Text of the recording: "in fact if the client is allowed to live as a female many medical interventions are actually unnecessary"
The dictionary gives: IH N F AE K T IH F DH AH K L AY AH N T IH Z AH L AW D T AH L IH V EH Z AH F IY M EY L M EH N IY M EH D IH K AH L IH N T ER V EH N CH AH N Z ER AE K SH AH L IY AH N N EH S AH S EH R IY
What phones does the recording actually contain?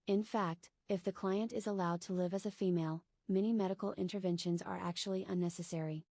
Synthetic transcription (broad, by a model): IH N F AE K T IH F DH AH K L AY AH N T IH Z AH L AW D T AH L IH V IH Z AH F IY M EY L M EH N IY M EH D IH K L IH N T ER V EH N SH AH N Z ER AE K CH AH L IY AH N N EH S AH S EH R IY